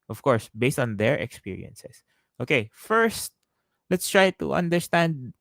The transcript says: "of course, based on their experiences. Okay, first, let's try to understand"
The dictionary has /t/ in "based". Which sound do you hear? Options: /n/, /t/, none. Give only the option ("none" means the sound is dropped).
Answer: /t/